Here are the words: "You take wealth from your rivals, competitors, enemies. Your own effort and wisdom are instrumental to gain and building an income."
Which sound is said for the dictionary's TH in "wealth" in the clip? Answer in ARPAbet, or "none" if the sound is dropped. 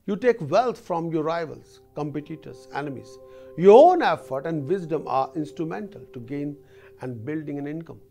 T